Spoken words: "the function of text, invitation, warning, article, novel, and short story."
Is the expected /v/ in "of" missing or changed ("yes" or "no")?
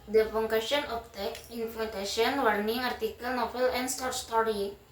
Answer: yes